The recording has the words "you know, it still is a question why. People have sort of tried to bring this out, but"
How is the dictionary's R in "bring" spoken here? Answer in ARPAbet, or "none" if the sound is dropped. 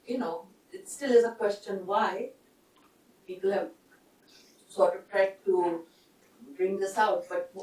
R